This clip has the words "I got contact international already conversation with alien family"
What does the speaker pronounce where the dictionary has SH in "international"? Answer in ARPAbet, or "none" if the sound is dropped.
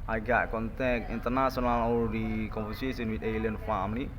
S